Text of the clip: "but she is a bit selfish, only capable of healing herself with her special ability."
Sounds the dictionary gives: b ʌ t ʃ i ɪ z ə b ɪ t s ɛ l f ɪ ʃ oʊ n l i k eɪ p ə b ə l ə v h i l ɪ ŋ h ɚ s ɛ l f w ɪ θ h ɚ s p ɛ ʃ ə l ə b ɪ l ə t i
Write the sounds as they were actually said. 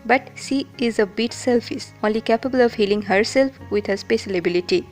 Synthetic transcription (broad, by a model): b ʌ t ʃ i ɪ z ə b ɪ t s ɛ l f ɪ s oʊ n l i k eɪ p ə b ə l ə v h i l ɪ ŋ h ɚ s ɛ l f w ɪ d h ɚ s p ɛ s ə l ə b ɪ l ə t i